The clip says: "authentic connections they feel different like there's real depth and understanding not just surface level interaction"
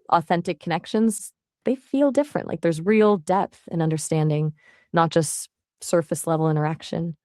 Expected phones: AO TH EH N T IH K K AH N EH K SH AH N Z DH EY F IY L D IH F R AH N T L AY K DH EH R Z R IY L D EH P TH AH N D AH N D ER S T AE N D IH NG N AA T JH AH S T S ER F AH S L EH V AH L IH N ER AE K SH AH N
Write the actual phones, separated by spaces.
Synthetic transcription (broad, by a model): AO TH EH N T IH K K AH N EH K SH AH N Z DH EY F IY L D IH F R AH N T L AY K DH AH R Z R IY L D EH P TH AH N AH N D ER S T AE N D IH NG N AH T JH AH S T S ER F AH S L EH V L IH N ER AE K SH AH N